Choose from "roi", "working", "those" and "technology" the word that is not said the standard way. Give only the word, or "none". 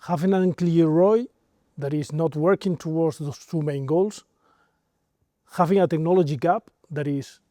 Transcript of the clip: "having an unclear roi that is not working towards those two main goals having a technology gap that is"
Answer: those